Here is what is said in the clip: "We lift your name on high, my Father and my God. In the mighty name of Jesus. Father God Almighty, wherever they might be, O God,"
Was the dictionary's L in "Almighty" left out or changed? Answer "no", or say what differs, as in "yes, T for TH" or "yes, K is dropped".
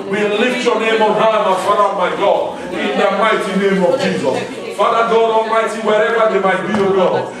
yes, L is dropped